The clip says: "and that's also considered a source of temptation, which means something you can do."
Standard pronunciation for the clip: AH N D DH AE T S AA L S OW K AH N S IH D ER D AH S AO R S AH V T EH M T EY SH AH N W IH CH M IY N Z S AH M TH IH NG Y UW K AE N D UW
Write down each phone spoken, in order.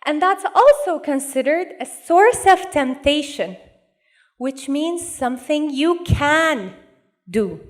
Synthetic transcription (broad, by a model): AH N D DH AE T S AA L S OW K AH N S IH D ER D AH S AO R S AH V T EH M T EY SH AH N W IH CH M IY N Z S AH M TH IH NG Y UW K AE N D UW